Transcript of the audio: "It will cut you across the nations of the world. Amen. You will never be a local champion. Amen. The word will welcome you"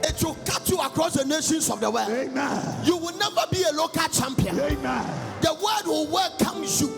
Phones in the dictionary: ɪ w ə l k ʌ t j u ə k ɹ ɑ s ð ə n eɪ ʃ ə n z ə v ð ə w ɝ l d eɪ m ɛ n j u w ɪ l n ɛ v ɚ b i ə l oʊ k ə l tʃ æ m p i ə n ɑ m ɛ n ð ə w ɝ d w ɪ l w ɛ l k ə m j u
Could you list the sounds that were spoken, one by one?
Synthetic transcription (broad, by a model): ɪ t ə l k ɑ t j u ə k ɹ ɑ s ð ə n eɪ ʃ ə n s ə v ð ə w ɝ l eɪ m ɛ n j u w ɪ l n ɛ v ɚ b i ə l oʊ k ə l tʃ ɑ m p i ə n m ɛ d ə w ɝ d w ɪ l w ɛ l k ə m j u